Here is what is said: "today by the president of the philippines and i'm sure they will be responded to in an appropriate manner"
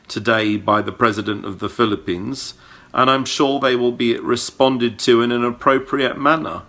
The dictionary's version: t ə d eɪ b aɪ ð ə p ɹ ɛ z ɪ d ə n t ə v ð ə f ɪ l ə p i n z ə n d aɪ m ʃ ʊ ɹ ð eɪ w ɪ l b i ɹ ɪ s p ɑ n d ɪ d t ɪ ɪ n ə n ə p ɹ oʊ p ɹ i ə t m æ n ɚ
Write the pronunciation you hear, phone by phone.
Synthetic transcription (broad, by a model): t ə d eɪ b aɪ ð ə p ɹ ɛ z ɪ d ə n t ə v ð ə f ɪ l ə p i n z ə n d aɪ m ʃ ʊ ɹ ð eɪ w ɪ l b i ɹ ɪ s p ɑ n d ɪ d t ɪ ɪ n ə n ə p ɹ oʊ p ɹ i ə t m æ n ɚ